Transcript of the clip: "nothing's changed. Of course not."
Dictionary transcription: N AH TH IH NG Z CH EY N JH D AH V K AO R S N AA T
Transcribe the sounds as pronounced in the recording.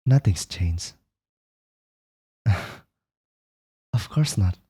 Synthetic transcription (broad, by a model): N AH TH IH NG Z CH EY N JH AH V K AO R S N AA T